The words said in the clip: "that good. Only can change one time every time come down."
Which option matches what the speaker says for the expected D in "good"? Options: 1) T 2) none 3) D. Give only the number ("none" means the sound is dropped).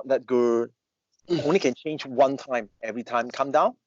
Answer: 2